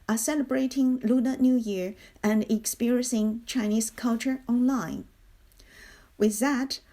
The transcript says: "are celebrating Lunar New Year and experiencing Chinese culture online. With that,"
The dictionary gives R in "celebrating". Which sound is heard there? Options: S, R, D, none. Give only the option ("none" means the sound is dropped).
R